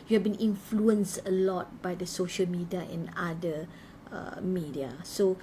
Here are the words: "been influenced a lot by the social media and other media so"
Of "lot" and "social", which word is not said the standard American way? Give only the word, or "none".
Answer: none